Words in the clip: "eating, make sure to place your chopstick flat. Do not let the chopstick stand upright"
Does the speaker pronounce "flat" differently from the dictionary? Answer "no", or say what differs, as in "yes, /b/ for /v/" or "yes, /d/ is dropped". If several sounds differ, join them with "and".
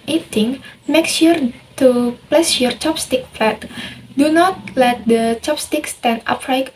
yes, /p/ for /f/